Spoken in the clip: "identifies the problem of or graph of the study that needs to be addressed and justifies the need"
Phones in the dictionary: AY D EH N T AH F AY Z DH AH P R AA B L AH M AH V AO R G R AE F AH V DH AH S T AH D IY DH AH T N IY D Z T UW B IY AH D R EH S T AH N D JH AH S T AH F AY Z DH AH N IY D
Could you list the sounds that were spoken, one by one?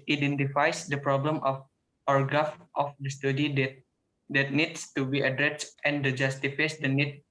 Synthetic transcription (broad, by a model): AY D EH N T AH F AY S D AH P R AA B L AH M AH F AO R G AA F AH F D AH S T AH D IY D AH T N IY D S T UW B IY AH D R EH S T AH N D JH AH S T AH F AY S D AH N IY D